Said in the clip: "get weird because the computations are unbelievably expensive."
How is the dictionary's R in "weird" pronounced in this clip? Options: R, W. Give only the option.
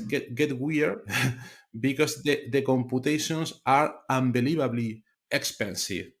W